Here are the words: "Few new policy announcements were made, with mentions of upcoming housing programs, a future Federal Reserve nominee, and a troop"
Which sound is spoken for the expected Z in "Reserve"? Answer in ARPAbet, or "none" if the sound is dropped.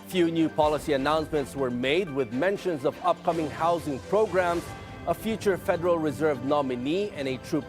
Z